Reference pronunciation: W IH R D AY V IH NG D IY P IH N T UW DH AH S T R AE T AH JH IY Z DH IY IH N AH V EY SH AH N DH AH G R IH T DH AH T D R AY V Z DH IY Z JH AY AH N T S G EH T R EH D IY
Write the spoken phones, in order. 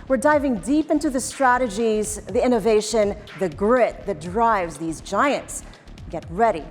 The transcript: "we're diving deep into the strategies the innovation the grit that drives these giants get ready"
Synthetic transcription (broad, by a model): W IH R D AY V IH NG D IY P IH N T UW DH AH S T R AE T AH JH IY Z DH IY IH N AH V EY SH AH N DH AH G R IH T DH AH T D R AY V Z DH IY Z JH AY AH N T S G EH T R EH D IY